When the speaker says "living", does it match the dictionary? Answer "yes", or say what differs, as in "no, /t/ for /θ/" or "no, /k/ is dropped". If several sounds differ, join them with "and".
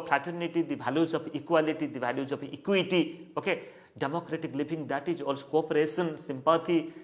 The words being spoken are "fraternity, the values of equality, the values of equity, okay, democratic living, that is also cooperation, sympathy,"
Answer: no, /b/ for /v/